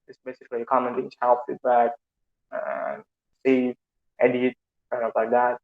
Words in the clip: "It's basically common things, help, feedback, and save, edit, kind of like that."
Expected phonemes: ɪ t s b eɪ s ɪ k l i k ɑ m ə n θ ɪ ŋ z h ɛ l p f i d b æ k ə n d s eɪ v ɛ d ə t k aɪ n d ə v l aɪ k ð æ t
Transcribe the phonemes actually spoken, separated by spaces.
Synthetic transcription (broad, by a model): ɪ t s b eɪ s ɪ k l i k ɑ m ə n t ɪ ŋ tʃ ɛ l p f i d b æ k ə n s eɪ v ɛ d ə t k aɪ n ə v l aɪ k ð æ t